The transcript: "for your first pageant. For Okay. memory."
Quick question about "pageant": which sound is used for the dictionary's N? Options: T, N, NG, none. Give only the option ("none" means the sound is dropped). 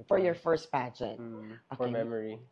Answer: none